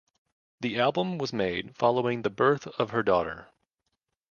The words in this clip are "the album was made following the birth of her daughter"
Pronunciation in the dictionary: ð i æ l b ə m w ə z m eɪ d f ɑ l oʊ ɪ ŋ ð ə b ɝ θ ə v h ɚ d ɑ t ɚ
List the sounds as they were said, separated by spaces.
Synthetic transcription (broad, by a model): ð i æ l b ə m w ə z m eɪ d f ɑ l oʊ ɪ ŋ ð ə b ɝ θ ə v ɚ d ɑ t ɚ